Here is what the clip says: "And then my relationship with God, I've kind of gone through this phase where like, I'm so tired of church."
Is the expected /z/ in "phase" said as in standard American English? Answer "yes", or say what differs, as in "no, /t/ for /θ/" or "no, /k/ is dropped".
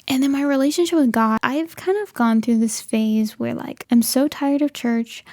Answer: yes